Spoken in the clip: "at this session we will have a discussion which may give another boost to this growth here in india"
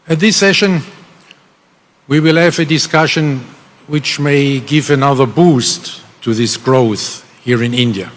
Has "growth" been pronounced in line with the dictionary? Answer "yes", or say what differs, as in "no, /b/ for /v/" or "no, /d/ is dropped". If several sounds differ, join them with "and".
yes